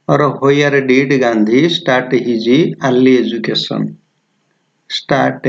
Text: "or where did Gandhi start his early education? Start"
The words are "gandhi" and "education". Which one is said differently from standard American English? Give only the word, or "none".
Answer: education